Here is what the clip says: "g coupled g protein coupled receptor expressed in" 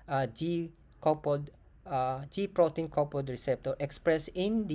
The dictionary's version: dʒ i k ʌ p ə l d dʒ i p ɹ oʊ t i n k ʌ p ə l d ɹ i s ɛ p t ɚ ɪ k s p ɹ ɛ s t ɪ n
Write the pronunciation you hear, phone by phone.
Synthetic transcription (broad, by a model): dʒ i k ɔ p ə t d dʒ i p ɹ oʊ t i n k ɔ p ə d ɹ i s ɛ p t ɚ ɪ k s p ɹ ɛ s ɪ n